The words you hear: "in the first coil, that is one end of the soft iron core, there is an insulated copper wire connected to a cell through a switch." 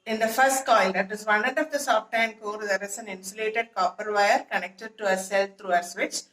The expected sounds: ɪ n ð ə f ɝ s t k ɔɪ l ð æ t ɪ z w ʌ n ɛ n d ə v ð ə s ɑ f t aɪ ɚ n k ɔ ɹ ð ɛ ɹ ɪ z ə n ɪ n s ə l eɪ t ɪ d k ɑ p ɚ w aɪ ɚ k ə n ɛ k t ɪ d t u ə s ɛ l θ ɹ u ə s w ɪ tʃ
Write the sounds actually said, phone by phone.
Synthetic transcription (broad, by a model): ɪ n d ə f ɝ s t k ɔɪ l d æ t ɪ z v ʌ n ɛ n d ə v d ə s ɑ f t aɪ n k ɔ ɹ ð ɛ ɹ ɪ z ə n ɪ n s ə l eɪ t ɪ d k ɑ p ɚ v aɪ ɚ k ə n ɛ k t ɪ d t u ə s ɛ l t ɹ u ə s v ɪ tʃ